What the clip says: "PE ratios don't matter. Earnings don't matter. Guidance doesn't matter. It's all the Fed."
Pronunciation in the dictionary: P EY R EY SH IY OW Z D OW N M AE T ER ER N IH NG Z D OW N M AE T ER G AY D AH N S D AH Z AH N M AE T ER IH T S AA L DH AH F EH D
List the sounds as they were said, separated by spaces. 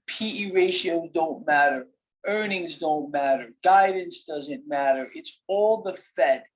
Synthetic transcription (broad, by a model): P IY R EY SH IY OW Z D OW N M AE T ER ER N IH NG Z D OW N M AE T ER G AY D N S D AH Z AH N M AE T ER IH T S AA L DH AH F EH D